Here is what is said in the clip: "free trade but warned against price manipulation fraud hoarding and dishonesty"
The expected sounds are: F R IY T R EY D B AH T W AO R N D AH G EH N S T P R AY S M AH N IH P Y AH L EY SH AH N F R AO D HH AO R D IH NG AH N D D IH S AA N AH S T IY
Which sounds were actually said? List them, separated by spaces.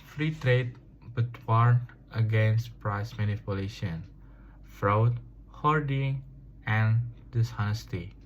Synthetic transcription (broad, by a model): F R IY T R EY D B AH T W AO R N AH G EH N S T P R AY S M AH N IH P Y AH L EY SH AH N F R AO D HH AO R D IH NG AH N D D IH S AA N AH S T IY